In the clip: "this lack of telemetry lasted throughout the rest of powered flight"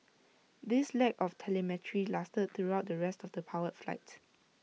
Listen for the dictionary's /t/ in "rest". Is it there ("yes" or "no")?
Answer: yes